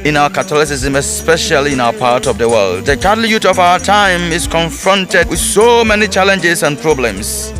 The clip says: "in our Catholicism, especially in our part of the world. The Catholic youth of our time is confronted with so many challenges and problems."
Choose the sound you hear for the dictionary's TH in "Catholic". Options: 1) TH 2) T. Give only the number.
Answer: 2